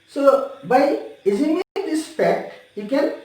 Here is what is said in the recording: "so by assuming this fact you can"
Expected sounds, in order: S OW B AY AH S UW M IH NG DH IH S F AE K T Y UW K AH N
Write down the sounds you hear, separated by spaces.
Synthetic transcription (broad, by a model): S OW B AY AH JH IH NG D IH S P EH K T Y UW K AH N